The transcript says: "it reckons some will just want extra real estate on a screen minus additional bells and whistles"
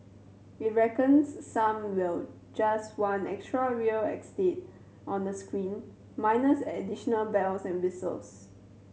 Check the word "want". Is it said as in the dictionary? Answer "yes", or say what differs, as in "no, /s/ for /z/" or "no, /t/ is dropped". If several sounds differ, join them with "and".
no, /t/ is dropped